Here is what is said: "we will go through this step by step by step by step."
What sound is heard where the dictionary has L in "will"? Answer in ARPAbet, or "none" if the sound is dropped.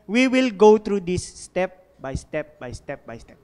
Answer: L